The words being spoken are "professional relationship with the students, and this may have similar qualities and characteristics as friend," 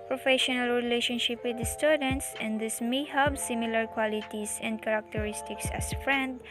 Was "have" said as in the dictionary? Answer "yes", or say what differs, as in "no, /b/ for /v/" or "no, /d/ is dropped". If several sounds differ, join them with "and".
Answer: no, /b/ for /v/